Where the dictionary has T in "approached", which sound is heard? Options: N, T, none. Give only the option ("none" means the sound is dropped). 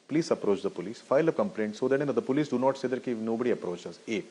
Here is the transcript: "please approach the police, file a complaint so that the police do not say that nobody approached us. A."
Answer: none